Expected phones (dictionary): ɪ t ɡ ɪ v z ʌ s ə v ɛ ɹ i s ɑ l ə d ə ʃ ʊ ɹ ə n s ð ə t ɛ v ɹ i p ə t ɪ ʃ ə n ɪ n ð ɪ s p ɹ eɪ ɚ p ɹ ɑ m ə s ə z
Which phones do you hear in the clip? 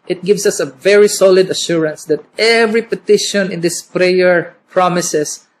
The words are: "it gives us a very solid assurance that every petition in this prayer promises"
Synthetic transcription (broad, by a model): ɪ t ɡ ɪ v s ʌ s ə v ɛ ɹ i s ɑ l ə d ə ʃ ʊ ɹ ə n s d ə t ɛ v ɹ i p ə t ɪ ʃ ə n ɪ n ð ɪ s p ɹ eɪ ɚ p ɹ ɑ m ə s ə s